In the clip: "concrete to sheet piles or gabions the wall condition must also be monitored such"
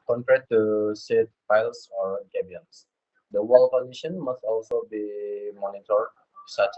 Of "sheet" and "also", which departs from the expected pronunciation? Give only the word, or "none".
sheet